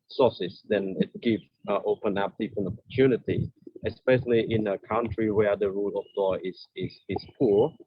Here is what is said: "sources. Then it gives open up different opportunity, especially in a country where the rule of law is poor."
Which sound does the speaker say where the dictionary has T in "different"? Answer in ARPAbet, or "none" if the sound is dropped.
none